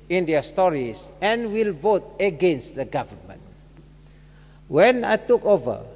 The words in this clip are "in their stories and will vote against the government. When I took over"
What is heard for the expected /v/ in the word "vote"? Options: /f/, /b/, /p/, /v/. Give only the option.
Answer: /v/